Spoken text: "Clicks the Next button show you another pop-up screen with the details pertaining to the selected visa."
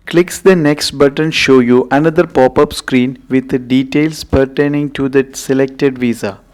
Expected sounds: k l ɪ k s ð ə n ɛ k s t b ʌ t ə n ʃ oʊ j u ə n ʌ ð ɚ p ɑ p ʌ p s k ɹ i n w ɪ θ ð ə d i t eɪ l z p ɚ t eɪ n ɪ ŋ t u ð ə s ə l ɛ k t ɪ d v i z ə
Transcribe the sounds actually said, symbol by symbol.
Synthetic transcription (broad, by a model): k l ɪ k s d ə n ɛ k s t b ʌ t ə n ʃ oʊ j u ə n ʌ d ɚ p ɑ p ʌ p s k ɹ i n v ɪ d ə d i t eɪ l s p ɚ t eɪ n ɪ ŋ t u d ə s ə l ɛ k t ɪ d v i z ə